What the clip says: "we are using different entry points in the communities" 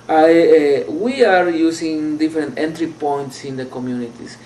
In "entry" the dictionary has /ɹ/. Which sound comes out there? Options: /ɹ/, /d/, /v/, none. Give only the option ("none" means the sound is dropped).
/ɹ/